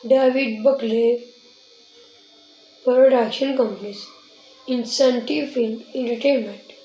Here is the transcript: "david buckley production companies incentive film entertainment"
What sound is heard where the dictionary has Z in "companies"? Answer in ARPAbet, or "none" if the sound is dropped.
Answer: S